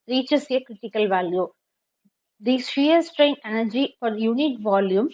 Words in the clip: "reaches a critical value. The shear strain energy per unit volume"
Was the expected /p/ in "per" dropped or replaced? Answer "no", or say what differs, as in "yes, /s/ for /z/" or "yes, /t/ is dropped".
yes, /f/ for /p/